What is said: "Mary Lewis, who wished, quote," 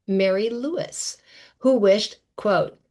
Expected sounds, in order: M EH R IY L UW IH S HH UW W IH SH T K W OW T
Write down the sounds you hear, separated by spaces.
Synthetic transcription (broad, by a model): M EH R IY L UW IH S HH UW W IH SH T K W OW T